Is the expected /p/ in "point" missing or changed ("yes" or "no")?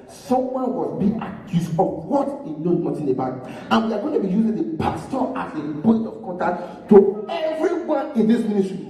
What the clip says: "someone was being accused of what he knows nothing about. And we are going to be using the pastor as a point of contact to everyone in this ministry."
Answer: yes